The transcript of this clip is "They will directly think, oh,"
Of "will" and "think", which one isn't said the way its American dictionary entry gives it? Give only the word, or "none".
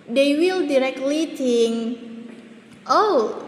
think